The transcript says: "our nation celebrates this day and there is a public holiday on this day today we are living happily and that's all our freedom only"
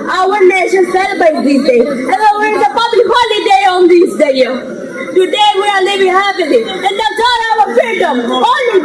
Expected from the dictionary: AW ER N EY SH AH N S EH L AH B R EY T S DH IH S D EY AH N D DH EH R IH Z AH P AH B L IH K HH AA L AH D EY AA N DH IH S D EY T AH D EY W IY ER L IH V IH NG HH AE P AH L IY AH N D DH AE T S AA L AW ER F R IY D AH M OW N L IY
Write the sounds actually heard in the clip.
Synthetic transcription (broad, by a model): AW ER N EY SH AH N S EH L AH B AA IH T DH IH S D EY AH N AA W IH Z AH P AH B L IH K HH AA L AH D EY AA N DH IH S D EY T AH D EY W IY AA L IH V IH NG HH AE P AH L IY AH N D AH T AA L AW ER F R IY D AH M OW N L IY